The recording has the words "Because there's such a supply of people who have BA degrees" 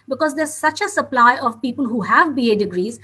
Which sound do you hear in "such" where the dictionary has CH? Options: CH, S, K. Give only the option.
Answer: CH